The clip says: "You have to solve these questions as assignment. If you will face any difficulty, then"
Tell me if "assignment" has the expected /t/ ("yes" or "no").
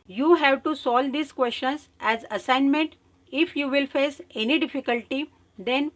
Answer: yes